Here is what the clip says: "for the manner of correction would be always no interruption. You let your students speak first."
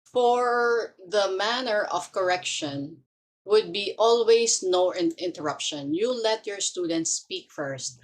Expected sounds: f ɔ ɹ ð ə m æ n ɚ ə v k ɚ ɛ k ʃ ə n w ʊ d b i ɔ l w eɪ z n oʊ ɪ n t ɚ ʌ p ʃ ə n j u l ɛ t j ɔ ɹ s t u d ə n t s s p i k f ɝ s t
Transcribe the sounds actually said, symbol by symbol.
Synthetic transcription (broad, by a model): f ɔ ɹ ð ə m æ n ɚ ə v k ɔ ɛ k ʃ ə n w ʊ d b i ɔ l w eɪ s n oʊ ɪ n t ɚ ʌ p ʃ ə n j u l ɛ t j ɔ ɹ s t u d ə n t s s p i k f ɝ s t